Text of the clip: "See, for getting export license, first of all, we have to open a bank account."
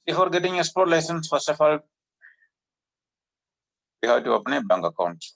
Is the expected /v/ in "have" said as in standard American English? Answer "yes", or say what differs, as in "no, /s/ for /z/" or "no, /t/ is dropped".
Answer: no, /w/ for /v/